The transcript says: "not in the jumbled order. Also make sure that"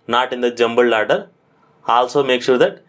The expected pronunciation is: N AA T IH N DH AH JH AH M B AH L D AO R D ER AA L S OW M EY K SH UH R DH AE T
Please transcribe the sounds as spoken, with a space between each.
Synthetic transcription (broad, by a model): N AA T IH N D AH JH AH M B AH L AA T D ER AA L S OW M EY K SH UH R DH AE T